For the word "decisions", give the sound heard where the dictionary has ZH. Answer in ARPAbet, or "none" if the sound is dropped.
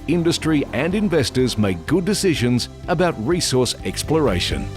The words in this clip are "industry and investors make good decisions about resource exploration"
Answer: ZH